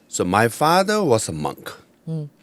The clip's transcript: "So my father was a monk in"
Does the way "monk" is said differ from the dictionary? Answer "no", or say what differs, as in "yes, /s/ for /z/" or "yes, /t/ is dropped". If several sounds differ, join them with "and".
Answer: no